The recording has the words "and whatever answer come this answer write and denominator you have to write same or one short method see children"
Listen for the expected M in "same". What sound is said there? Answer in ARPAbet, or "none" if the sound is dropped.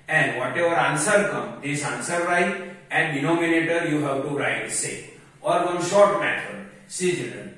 none